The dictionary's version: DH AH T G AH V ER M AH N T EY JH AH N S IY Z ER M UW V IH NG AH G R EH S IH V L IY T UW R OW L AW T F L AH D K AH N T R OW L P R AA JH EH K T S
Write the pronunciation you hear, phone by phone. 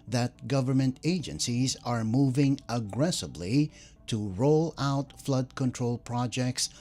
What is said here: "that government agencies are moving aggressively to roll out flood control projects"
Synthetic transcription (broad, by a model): DH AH T G AH V ER M AH N T EY JH AH N S IY Z ER M UW V IH NG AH G R EH S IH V L IY T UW R OW L AW T F L AH D K AH N T R OW L P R AA JH EH K T S